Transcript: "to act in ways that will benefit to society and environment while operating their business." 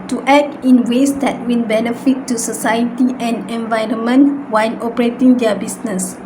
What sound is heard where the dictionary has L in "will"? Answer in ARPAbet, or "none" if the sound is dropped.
N